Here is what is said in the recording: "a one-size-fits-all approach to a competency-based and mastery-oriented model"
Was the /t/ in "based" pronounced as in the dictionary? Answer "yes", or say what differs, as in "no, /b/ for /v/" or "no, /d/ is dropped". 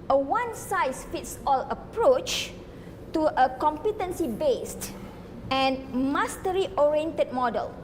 yes